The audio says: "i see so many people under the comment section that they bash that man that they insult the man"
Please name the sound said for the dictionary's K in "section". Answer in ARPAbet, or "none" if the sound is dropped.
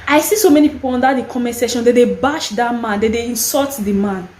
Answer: none